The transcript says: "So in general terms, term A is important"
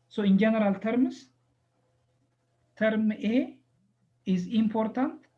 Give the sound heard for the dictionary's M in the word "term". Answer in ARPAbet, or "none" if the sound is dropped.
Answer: M